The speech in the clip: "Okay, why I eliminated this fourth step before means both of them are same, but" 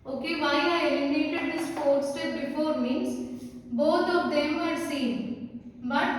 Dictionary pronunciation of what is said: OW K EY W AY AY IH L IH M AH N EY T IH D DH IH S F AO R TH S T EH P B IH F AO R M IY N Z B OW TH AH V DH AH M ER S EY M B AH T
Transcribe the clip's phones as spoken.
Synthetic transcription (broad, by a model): OW K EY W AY AY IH IH AH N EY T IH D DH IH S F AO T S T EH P B IH F AO R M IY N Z B OW T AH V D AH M ER S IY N B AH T